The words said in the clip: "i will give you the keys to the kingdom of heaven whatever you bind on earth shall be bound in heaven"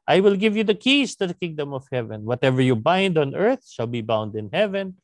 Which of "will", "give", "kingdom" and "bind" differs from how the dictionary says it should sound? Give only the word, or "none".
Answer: none